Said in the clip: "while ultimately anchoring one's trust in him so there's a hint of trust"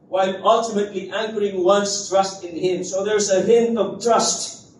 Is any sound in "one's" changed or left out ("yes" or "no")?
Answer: yes